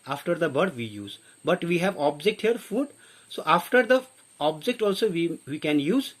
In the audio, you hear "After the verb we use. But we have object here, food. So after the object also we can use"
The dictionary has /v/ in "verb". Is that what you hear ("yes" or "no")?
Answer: no